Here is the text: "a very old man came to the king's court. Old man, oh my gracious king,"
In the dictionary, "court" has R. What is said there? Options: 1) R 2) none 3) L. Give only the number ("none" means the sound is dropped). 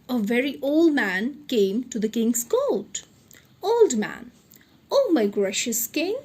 3